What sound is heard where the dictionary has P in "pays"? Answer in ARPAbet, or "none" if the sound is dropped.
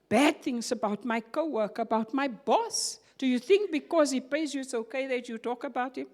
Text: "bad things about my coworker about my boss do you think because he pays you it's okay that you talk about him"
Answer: P